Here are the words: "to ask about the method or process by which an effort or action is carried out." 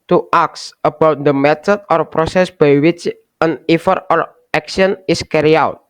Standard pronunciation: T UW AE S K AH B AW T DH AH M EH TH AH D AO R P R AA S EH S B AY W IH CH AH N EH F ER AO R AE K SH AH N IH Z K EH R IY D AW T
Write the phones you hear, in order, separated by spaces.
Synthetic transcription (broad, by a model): T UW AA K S AH B AW T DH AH M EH T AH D AO R P R AA S EH S B AY W IH CH AH N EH F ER AO R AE K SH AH N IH S K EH R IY AW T